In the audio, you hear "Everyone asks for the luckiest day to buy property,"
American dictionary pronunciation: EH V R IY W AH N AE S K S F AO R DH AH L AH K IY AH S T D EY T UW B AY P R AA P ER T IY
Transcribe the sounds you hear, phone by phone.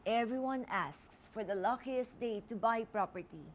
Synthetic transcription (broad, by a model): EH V R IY W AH N AE S K S F AO R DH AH L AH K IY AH S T D EY T UW B AY P R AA P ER T IY